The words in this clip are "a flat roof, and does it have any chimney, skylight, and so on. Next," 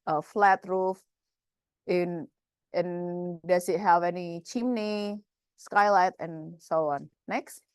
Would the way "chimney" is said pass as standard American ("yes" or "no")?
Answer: yes